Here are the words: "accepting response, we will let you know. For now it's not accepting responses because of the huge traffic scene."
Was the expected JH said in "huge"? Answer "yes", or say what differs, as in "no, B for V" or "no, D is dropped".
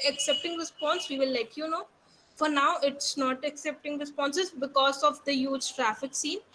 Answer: yes